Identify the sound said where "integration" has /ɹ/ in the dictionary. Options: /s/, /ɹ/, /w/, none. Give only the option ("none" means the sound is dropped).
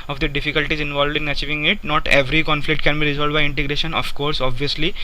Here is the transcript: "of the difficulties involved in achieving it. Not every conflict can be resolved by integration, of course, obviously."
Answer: /ɹ/